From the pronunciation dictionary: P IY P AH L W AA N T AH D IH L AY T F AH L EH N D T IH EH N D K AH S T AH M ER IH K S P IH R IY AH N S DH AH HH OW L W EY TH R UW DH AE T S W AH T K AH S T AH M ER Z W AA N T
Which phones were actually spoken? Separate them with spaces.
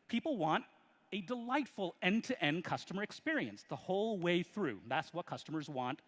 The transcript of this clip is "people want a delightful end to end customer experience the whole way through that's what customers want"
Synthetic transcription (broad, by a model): P IY P L W AA N T AH D IH L AY T F AH L EH N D T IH EH N K AH S T AH M ER IH K S P IH R IY AH N S DH AH HH OW L W EY TH R UW DH AE T S W AH T K AH S T AH M ER Z W AA N T